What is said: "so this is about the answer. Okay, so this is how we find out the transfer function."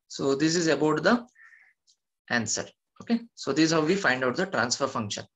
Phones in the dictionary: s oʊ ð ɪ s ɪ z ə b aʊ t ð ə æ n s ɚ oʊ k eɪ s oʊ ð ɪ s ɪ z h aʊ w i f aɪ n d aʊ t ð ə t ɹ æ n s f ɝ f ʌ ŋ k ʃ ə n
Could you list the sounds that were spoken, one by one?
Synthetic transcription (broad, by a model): s oʊ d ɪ s ɪ z ə b aʊ t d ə æ n s ɚ oʊ k eɪ s oʊ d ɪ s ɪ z h aʊ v i f aɪ n d aʊ t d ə t ɹ æ n s f ɝ f ʌ ŋ k ʃ ə n